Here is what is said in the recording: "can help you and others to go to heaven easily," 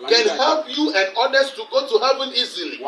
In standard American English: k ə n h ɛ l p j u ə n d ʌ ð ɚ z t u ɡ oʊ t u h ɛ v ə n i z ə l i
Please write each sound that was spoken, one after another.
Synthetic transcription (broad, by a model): k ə n h ɛ l p j u ə n d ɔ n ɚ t t u ɡ oʊ t u h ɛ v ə n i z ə l i